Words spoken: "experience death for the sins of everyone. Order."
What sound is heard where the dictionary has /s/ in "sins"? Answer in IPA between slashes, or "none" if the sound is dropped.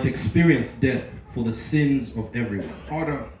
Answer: /s/